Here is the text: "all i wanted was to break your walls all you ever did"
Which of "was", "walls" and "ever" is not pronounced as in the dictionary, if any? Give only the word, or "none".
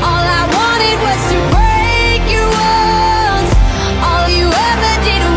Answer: walls